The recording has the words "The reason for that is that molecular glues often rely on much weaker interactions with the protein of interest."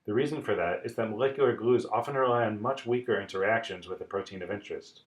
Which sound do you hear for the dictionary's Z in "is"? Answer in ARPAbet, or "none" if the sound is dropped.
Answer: Z